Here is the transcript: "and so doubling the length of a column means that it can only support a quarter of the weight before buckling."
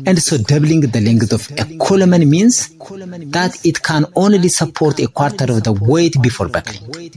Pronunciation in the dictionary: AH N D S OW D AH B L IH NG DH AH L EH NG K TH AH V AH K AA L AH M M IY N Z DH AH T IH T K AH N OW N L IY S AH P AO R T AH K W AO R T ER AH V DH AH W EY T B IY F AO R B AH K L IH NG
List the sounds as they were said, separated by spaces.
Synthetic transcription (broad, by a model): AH N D S OW D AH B L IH NG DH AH L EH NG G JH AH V AH K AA L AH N M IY N S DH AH T IH T K AH N OW N L IY S AH P AO R T AH K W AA R T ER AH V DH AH W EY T B IY F AO R B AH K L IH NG